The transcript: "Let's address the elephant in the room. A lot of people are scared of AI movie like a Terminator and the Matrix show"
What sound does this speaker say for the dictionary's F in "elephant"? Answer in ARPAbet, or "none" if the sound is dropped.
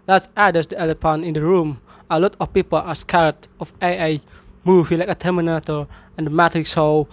P